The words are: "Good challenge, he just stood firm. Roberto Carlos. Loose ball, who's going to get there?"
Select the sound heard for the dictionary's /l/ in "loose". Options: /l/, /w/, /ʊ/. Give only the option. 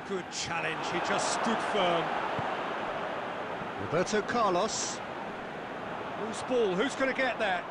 /w/